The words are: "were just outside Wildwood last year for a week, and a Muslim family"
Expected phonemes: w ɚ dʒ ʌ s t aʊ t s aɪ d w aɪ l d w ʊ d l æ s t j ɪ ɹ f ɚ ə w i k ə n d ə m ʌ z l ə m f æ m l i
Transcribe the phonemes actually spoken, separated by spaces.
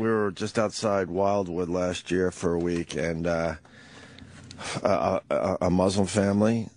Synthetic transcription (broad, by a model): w ɚ dʒ ʌ s t aʊ t s aɪ d w aɪ l d w ʊ d l æ s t j ɪ ɹ f ɚ ə w i k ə n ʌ ə m ʌ z l ə m f æ m l i